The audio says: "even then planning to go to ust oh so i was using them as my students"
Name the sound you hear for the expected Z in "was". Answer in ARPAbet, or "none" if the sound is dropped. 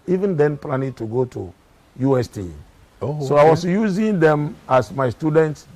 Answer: S